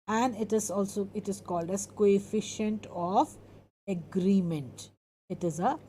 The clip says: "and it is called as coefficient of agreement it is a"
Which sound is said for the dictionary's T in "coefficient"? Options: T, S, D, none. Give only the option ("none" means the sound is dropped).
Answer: T